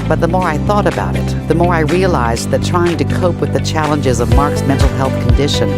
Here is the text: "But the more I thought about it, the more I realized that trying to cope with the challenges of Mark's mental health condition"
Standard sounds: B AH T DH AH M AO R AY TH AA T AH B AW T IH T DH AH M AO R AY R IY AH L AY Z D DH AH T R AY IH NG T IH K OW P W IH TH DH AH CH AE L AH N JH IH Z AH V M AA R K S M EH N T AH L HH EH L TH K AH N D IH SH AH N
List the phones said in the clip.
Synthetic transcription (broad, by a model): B AH T DH AH M AO R AY TH AA T AH B AW T IH T DH AH M AO R AY R IY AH L AY Z DH AH T R AY IH NG T IH K OW P W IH DH AH CH AE L AH N JH IH Z AH V M AA R K S M EH N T L HH EH L TH K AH N D IH SH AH N